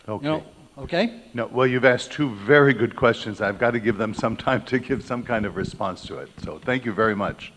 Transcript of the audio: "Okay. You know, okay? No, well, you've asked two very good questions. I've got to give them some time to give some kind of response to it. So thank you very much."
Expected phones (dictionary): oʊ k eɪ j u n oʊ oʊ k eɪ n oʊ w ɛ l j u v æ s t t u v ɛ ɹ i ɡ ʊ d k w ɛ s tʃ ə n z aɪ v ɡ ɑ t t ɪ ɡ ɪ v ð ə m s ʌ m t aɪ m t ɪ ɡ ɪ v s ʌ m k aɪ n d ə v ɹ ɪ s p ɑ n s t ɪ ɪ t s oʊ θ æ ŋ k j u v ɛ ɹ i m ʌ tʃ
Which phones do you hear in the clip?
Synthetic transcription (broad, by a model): oʊ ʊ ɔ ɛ oʊ k eɪ n oʊ w ɛ l j u v æ s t t u v ɛ ɹ i ɡ ʊ d k w ɛ s tʃ ə n z aɪ v ɡ ɑ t t ɪ ɡ ɪ v ð ə m s ʌ m t aɪ m t ɪ ɡ ɪ v s ʌ m k aɪ n d ə v ɹ ɪ s p ɑ n s t ɪ ɪ t s oʊ θ æ ŋ k j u v ɛ ɹ i m ʌ tʃ